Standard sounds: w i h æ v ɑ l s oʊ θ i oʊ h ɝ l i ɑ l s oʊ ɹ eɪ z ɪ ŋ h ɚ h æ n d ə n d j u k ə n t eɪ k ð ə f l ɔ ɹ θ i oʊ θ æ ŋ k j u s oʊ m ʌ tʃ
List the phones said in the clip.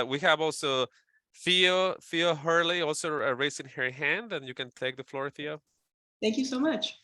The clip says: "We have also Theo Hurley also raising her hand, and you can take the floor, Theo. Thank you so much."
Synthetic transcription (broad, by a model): w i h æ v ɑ l s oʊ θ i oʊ h ɝ l i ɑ l s oʊ ɹ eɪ s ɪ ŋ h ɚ h æ n d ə n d j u k ə n t eɪ k ð ə f l ɔ ɹ θ i oʊ θ æ ŋ k j u s oʊ m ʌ tʃ